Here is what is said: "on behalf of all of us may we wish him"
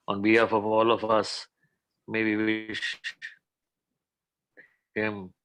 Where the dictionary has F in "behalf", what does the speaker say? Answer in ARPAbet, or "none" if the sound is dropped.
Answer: F